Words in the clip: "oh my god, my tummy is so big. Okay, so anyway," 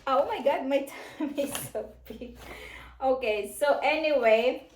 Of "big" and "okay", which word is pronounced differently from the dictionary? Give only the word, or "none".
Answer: big